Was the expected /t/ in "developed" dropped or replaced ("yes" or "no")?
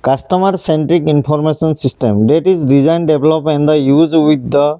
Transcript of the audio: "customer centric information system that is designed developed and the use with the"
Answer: yes